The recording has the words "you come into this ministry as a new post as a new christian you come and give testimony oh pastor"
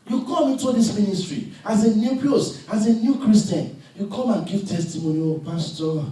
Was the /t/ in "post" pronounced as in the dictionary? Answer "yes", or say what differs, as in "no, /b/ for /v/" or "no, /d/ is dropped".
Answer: no, /t/ is dropped